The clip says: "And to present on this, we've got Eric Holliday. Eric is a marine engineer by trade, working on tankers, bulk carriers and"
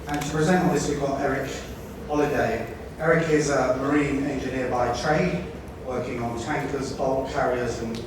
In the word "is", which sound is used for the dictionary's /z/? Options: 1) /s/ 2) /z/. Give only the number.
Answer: 2